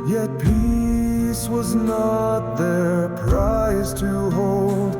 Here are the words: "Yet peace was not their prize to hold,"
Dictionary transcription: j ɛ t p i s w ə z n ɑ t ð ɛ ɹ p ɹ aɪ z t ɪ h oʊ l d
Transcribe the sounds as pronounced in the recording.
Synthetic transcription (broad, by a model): j ɛ t p i s w ə z n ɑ t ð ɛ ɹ p ɹ aɪ z t ɪ h oʊ l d